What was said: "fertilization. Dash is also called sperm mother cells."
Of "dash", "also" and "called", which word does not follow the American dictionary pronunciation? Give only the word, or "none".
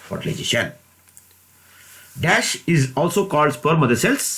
none